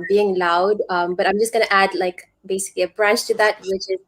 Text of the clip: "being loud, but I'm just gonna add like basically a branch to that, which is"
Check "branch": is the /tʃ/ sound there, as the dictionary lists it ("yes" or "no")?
yes